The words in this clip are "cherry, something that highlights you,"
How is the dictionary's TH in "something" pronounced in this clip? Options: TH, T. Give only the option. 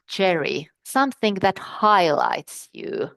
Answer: TH